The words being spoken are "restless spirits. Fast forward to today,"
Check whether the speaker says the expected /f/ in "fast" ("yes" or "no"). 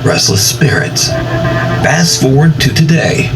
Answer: no